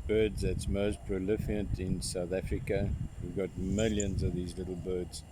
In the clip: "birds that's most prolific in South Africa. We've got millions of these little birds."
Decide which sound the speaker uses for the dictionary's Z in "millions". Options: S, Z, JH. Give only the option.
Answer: Z